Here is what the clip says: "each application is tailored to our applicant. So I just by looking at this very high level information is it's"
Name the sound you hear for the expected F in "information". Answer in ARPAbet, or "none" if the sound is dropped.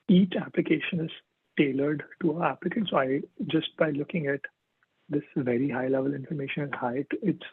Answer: F